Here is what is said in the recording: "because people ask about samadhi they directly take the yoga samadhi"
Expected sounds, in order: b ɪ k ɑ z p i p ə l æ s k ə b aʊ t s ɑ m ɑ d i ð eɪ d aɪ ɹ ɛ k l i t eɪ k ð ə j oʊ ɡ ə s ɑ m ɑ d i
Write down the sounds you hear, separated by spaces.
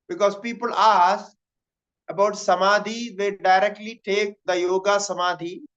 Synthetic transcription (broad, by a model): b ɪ k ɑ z p i p ə l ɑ s ə b aʊ t s ɑ m ɑ d i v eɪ d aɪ ɹ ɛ k l i t eɪ k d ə j oʊ ɡ ə s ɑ m ɑ d i